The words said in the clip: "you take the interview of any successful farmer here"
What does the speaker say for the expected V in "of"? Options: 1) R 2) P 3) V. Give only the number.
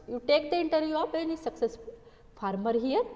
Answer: 2